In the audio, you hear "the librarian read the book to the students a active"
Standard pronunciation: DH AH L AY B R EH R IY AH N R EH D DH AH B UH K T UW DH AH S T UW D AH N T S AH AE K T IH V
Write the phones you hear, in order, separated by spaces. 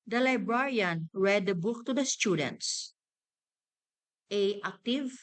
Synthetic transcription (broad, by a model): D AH L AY B R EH R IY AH N R EH D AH B UH K T UW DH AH S T UW D AH N T S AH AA K T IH V